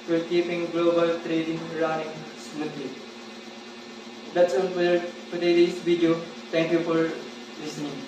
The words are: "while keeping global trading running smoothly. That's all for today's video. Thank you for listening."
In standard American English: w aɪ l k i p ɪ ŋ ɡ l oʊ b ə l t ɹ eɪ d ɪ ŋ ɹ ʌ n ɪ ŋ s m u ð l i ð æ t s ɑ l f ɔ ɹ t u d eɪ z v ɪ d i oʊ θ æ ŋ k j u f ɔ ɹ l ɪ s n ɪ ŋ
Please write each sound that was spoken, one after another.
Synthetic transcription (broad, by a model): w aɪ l k i p ɪ ŋ ɡ l oʊ b ə l t ɹ eɪ d ɪ ŋ ɹ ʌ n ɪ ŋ s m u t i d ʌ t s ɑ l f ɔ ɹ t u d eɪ s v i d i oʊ t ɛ ŋ k j u f ɔ ɹ l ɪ s n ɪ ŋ